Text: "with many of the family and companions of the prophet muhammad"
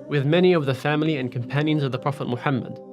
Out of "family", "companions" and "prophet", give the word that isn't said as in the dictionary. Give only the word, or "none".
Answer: none